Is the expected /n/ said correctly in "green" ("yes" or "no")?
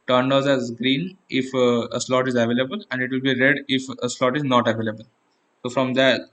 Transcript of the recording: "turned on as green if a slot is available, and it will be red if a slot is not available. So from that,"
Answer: yes